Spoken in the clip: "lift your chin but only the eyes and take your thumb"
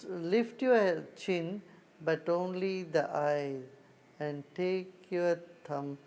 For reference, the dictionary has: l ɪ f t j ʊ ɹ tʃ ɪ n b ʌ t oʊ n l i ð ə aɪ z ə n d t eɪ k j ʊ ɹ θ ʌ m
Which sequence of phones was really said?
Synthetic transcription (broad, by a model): l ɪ f t j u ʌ tʃ ɪ n b ʌ t oʊ n l i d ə aɪ z ə n d t eɪ k j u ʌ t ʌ m